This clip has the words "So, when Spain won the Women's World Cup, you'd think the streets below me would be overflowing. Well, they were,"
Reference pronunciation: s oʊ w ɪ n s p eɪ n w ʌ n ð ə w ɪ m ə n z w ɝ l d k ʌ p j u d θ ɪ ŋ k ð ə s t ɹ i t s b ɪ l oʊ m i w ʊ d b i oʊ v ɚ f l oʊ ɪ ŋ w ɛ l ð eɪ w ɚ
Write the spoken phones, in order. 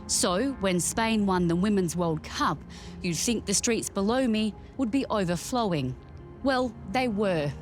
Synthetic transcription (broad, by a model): s oʊ w ɪ n s p eɪ n w ʌ n ð ə w ɪ m ə n z w ɝ l d k ʌ p j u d θ ɪ ŋ k ð ə s t ɹ i t s b ɪ l oʊ m i w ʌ d b i oʊ v ɚ f l oʊ ɪ ŋ w ɛ l ð eɪ w ɚ